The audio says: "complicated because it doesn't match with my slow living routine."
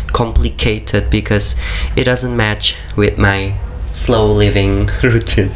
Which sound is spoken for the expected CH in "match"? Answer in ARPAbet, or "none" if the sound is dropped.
CH